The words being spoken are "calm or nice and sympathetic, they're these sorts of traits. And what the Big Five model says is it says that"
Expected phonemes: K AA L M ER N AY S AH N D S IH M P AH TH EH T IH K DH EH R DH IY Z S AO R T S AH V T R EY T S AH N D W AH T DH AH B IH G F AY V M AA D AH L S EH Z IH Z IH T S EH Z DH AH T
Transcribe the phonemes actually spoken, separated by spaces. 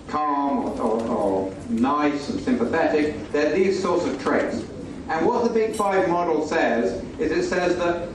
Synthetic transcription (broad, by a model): K AA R M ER N AY S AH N S IH M P AH TH EH T IH K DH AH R DH IY Z S AO R T S AH V T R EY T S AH N W AH T DH AH B IH G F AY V M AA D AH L S EH Z IH Z IH T S EH Z DH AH T